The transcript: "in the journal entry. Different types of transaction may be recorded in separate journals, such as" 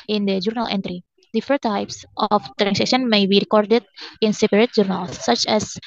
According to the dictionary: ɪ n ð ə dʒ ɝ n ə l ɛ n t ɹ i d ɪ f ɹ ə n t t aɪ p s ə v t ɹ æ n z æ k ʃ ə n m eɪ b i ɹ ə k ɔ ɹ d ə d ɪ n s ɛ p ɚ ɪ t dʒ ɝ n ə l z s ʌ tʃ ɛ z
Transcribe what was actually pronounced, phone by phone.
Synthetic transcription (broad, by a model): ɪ n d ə dʒ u n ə l ɛ n t ɹ i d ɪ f ə t t aɪ p s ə f t ɹ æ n s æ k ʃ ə n m eɪ b i ɹ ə k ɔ ɹ d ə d ɪ n s ɛ p ɚ ɪ t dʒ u n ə l s ʌ tʃ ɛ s